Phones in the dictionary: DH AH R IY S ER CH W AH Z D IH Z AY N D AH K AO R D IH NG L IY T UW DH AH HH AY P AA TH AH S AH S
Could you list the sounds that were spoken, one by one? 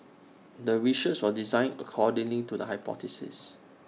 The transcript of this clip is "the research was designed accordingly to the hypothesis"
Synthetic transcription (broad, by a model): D AH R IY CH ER S W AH D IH Z AY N AH K AO D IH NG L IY T UW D AH HH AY P AA T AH S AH S